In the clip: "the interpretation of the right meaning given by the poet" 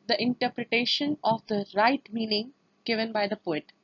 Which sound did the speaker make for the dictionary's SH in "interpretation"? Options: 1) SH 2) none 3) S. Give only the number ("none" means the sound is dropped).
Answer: 1